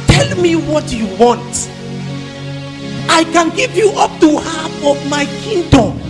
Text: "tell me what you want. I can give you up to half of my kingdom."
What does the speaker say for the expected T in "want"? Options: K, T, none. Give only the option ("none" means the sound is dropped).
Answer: T